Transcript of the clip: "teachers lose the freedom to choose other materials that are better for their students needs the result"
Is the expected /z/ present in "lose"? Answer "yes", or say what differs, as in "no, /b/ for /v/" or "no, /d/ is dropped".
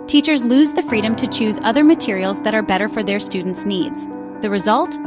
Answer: yes